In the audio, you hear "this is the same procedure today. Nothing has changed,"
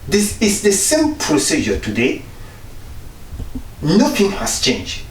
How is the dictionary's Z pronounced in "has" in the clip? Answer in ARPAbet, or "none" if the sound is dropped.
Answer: S